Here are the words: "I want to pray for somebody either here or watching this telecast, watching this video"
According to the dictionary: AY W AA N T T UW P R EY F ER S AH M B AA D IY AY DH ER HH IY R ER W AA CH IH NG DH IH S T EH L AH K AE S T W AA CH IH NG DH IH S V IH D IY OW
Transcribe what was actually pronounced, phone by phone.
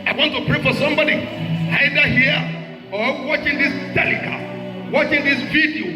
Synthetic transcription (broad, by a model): AY W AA N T T UW P R EY F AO S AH M B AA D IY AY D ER HH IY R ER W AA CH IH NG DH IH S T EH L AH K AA W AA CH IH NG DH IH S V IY D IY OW